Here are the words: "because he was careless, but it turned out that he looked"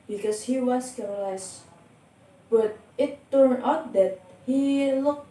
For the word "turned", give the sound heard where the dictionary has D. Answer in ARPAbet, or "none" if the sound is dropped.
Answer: none